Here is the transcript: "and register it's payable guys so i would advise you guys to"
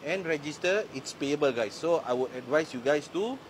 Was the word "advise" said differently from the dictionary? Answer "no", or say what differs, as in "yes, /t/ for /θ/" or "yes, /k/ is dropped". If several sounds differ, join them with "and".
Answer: yes, /s/ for /z/